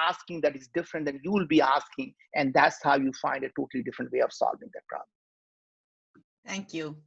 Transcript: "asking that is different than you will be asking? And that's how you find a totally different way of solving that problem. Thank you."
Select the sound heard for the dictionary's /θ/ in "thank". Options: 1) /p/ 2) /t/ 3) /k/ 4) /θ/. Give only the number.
2